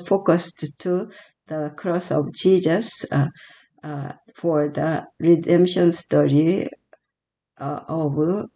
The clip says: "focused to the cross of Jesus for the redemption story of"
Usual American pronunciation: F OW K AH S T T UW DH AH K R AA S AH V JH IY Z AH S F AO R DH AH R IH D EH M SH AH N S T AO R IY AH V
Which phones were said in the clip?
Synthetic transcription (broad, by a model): F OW K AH S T T UW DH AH K R AA S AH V JH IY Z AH S F AO R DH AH R IH D EH M SH AH N S T AO R IY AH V